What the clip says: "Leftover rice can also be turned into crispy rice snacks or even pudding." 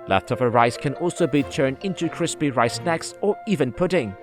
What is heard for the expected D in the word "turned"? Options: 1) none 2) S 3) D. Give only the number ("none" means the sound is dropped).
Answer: 3